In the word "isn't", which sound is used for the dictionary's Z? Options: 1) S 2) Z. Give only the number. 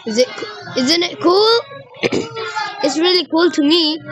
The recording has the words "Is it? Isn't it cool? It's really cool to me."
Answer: 2